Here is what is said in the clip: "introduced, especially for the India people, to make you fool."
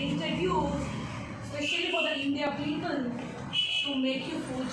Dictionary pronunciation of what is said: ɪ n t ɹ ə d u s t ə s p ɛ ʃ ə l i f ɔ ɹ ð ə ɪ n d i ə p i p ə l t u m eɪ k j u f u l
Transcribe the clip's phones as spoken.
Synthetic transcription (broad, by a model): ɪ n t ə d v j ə s p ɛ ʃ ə l i f ɔ ɹ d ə ɪ n d i ə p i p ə n t u m eɪ k j u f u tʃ